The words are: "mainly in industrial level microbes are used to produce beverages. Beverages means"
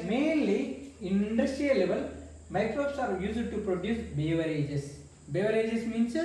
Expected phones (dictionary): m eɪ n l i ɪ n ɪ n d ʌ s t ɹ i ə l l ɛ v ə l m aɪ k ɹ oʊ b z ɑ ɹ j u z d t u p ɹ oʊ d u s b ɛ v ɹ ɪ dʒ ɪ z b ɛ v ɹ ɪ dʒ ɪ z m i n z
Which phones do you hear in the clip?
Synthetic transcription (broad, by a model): m eɪ n l i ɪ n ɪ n d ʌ s t ɹ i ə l l ɛ v ə l m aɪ k ɹ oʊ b s ɑ ɹ j u s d t u p ɹ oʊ d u s b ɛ v ɹ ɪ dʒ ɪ s b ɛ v ɹ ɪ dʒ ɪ s m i n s